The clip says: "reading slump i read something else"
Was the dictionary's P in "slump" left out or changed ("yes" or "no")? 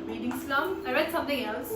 yes